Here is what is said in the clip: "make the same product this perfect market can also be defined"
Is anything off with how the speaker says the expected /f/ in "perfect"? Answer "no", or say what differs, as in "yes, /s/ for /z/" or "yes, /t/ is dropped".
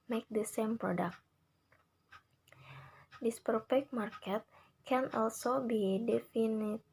yes, /p/ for /f/